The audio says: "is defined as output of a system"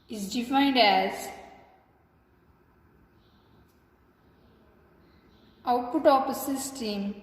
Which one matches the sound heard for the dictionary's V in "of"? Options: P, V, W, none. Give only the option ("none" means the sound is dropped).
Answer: P